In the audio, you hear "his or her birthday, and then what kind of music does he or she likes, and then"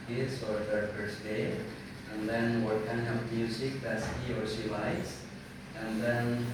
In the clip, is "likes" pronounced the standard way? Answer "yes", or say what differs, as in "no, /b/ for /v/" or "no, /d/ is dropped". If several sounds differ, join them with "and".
no, /k/ is dropped